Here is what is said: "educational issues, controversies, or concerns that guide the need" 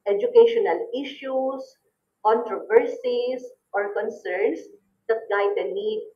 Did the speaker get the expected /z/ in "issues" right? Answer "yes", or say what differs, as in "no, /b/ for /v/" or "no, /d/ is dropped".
no, /s/ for /z/